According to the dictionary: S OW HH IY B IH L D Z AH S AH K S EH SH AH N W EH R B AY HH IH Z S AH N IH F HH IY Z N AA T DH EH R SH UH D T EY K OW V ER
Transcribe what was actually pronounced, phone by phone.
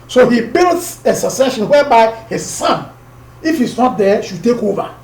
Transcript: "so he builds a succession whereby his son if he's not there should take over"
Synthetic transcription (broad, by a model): S OW HH IY B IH L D S AH S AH S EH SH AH N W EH B AY HH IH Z S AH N IH F HH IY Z N AA T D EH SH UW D T EY K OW V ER